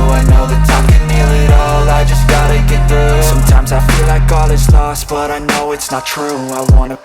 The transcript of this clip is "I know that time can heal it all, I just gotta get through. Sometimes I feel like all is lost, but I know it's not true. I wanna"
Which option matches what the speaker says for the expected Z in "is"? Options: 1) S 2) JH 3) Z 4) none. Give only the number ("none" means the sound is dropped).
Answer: 1